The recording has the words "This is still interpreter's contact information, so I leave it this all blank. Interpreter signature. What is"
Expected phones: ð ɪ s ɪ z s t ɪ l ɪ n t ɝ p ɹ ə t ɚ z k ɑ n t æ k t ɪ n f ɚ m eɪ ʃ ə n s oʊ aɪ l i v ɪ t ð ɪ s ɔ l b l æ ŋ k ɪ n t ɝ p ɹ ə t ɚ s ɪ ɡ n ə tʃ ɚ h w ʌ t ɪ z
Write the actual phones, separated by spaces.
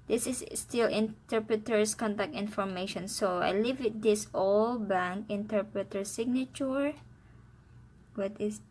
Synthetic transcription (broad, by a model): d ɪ s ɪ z s t ɪ l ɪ n t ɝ p ɹ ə t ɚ s k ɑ n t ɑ k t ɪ n f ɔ m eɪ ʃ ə n s oʊ aɪ l i v ɪ t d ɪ s ɔ l b æ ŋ k ɪ n t ɝ p ɹ ə t ɚ s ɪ ɡ n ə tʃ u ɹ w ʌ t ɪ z